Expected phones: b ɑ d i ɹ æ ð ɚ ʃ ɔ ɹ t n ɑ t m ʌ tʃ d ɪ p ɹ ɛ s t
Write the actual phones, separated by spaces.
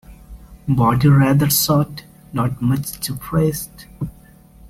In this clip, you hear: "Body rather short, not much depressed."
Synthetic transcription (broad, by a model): b ɑ d i ɹ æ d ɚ s ɔ t n ɑ t m ʌ tʃ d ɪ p ɹ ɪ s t